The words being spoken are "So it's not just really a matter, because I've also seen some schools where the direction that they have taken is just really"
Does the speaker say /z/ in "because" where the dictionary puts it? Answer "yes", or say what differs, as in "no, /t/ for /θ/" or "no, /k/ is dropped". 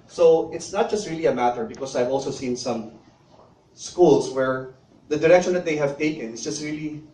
no, /s/ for /z/